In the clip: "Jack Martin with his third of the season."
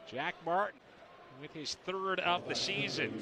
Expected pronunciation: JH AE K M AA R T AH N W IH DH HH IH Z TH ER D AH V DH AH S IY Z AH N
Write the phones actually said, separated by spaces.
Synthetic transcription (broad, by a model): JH AE K M AA R T N W IH DH IH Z TH ER D AH P DH AH S IY Z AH N